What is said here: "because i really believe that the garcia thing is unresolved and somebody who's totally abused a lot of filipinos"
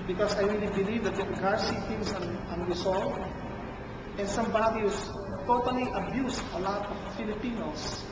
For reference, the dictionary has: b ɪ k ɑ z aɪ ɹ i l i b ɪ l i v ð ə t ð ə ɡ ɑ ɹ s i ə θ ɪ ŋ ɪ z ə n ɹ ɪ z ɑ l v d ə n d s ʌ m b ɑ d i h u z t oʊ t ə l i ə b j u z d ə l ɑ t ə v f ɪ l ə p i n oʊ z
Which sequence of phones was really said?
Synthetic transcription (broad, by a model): b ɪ k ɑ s aɪ ɹ i l i b ɪ l i v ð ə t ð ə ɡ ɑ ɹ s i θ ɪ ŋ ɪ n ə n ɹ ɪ s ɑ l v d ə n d s ʌ m b ɑ d i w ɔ s t oʊ t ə l i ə b j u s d ə l ɑ t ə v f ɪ l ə p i n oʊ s